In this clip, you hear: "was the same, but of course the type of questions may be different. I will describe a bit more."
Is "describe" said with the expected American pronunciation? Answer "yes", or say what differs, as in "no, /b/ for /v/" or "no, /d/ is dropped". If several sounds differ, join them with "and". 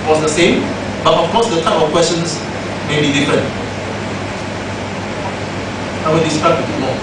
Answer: no, /b/ is dropped